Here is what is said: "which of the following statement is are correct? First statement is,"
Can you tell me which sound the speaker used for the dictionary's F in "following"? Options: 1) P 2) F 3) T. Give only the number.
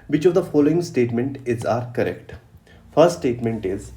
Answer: 2